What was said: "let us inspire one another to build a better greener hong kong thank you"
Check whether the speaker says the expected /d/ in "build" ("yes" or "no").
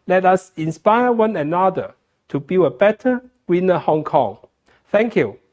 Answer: no